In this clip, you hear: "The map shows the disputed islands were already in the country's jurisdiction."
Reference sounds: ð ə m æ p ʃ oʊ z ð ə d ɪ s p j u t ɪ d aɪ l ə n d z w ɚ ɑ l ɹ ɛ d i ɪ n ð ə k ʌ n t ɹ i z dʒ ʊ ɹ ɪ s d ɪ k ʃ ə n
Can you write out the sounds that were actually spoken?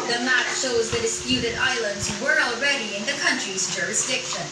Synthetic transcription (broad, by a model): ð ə m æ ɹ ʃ oʊ z ð ə d ɪ s p j u t ɪ d aɪ l ə n d z w ɚ ɑ l ɹ ɛ d i ɪ n ð ə k ʌ n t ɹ i z dʒ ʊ ɹ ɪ s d ɪ k ʃ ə n